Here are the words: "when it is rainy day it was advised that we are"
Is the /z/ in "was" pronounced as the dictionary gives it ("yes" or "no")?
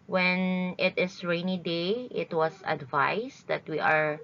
no